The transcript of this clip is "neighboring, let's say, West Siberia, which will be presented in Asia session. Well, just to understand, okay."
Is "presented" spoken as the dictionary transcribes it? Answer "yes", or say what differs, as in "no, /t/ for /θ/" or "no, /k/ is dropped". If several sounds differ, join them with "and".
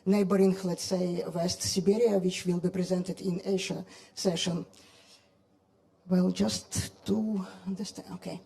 yes